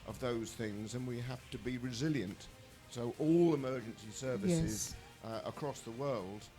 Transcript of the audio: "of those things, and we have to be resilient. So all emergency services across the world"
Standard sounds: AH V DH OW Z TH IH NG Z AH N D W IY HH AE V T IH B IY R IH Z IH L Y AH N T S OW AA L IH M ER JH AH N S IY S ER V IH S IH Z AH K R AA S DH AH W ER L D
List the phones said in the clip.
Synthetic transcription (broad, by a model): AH V DH OW Z TH IH NG Z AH N W IY HH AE F T IH B IY R IH Z IH L Y AH N T S OW AA L IH M ER JH AH N S IY S ER V IH S IH Z AH K R AA S DH AH W ER L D